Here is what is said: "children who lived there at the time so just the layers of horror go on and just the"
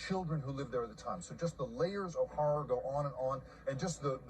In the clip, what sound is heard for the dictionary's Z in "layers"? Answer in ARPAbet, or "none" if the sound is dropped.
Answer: Z